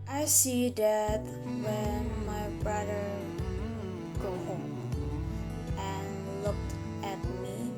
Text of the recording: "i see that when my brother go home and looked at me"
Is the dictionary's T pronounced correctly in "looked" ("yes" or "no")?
yes